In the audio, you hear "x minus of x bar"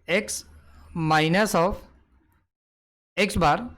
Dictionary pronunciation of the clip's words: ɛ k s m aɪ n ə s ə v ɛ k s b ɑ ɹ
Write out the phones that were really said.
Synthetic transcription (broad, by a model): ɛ k s m aɪ n ə s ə p ɛ k s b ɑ ɹ